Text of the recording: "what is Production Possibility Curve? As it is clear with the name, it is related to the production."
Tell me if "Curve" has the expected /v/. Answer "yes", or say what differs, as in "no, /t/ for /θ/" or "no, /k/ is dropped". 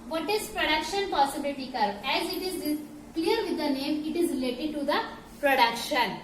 no, /v/ is dropped